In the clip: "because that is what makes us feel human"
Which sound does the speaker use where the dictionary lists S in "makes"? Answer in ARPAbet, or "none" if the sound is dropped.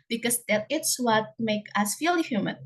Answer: none